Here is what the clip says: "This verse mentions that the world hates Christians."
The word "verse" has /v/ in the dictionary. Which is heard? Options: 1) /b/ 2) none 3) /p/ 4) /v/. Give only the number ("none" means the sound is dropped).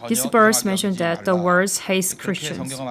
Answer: 1